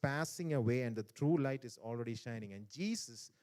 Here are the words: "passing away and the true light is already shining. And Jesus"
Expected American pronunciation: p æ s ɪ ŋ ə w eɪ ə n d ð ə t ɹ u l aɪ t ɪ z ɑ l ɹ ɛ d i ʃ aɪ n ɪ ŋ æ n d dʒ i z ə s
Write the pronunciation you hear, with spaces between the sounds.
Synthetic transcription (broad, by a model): p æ s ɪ ŋ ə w eɪ ə n d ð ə t ɹ u l aɪ t ɪ z ɑ l ɹ ɛ d i ʃ aɪ n ɪ ŋ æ n d dʒ i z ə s